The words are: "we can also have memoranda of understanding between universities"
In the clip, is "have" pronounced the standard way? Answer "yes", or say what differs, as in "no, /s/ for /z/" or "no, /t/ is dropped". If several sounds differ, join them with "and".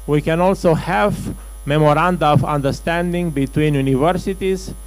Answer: yes